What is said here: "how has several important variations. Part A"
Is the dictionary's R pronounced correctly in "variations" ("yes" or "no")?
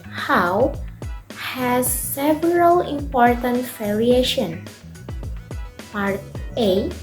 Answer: no